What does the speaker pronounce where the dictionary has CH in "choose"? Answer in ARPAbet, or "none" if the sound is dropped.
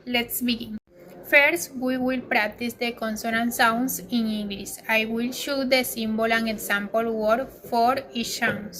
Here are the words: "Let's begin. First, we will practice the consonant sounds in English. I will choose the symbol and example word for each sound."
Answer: SH